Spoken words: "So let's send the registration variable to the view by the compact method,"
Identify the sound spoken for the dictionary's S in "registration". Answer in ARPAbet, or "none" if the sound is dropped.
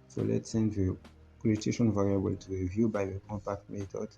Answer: none